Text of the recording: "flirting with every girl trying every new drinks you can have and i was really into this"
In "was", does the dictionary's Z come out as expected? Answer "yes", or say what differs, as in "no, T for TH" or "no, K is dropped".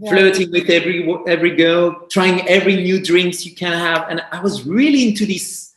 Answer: yes